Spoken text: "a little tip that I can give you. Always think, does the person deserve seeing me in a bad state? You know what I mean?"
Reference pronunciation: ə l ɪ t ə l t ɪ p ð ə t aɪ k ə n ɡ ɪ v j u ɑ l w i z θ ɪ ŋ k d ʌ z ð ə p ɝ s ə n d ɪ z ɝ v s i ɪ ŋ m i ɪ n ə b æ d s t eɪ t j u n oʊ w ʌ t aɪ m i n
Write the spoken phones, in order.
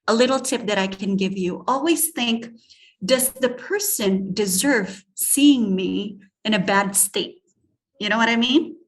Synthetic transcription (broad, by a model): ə l ɪ t l t ɪ p ð ə t aɪ k ə n ɡ ɪ v j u ɑ l w i z θ ɪ ŋ k d ʌ z ð ə p ɝ s ə n d ɪ z ɝ v s i ɪ ŋ m i ɪ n ə b æ d s t eɪ t j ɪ n oʊ w ʌ t aɪ m i n